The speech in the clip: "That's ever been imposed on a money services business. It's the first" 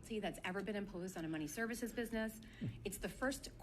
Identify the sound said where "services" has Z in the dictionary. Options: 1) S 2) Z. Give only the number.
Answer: 2